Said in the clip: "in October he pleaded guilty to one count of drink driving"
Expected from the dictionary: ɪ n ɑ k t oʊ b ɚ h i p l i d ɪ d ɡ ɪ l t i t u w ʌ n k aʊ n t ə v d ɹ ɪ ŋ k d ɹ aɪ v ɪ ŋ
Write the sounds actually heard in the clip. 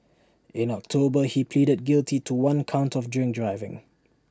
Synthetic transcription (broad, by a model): ɪ n ɑ k t oʊ b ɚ h i p l i d ɪ d ɡ ɪ l t i t u w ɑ n k aʊ n t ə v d ɹ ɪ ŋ d ɹ aɪ v ɪ ŋ